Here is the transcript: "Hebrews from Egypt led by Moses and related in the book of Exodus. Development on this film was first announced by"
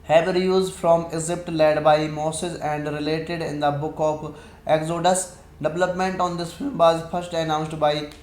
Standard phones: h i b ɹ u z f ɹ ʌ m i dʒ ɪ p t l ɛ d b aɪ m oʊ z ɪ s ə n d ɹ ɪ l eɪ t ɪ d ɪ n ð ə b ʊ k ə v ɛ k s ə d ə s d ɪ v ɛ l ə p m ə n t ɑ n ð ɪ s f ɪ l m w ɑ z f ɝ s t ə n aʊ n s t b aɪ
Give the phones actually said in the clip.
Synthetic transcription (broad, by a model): h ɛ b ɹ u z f ɹ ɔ m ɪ z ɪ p t l ɛ d b aɪ m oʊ s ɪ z ə n d ɹ ɪ l eɪ t ɪ d ɪ n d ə b ʊ k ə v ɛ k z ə d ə s d ɪ v ɛ l ə p m ə n t ɑ n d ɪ s f ɪ l m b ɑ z f ɝ s t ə n aʊ n s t b aɪ